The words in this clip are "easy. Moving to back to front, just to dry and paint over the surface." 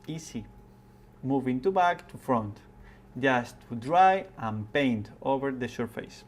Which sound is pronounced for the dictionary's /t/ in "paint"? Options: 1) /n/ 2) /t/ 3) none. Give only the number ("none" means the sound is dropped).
2